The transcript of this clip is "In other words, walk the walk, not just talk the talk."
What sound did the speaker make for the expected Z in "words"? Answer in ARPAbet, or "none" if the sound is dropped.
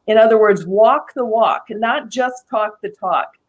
Z